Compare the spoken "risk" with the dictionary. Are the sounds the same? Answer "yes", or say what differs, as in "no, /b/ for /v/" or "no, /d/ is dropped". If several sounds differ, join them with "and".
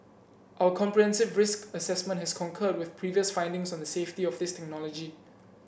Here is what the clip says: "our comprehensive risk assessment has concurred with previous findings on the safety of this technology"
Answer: yes